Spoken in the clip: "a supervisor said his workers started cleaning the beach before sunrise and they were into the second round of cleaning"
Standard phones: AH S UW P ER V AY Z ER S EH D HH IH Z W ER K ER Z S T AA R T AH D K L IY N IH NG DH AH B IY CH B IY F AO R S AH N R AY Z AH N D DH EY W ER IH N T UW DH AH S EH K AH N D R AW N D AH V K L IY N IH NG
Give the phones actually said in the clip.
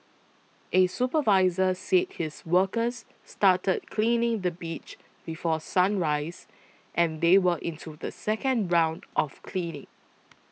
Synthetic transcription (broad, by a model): AH S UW P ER V AY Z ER S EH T HH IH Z W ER K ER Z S T AA T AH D K L IY N IH NG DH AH B IY CH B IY F AO S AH N R AY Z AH N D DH EY W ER IH N T UW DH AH S EH K AH N D R AW N D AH F K L IY N IH NG